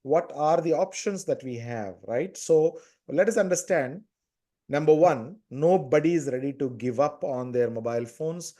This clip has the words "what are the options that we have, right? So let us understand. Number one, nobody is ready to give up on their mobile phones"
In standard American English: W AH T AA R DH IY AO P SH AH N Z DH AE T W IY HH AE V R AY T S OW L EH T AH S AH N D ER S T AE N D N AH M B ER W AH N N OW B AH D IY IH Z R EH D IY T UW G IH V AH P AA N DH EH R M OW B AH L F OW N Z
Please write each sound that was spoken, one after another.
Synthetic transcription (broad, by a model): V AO T AA R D IY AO P SH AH N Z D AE T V IY HH AE V R AY T S OW L EH T AH S AH N D ER S T AE N D N AH M B ER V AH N N OW B AH D IY IH Z R EH D IY T UW G IH V AH P AA N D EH R M OW B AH L F OW N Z